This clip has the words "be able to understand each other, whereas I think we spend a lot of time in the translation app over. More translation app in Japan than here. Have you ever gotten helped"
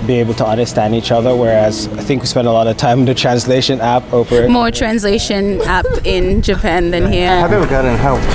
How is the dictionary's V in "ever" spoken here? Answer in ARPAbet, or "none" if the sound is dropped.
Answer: W